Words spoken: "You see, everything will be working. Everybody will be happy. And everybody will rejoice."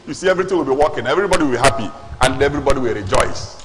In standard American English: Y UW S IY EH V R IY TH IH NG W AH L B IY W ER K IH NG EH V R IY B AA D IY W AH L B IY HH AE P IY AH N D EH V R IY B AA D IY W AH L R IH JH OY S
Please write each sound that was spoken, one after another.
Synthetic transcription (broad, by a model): Y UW S IY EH V R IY T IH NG W AH L B IY W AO K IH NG EH V R IY B AA D IY W AH L B IY HH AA P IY AH N D EH V R IY B AA D IY W AH L R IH JH OY S